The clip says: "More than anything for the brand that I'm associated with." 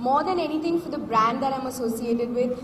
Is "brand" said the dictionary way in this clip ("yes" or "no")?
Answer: yes